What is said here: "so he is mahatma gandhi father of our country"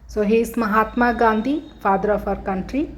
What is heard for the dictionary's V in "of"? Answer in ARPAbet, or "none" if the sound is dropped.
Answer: P